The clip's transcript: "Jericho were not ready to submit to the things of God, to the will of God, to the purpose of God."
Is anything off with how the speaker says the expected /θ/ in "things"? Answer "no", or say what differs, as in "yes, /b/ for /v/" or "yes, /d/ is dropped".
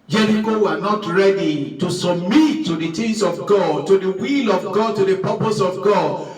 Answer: yes, /t/ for /θ/